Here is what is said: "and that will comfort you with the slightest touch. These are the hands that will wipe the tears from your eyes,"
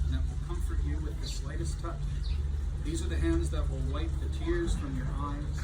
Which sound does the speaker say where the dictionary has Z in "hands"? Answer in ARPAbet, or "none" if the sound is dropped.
Z